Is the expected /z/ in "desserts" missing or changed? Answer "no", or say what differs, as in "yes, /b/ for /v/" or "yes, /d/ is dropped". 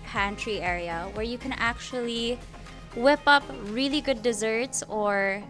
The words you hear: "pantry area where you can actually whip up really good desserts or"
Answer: no